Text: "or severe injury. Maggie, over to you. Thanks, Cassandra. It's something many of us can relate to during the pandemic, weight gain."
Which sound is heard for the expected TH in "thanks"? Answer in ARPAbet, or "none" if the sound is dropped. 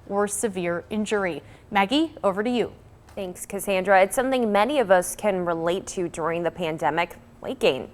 TH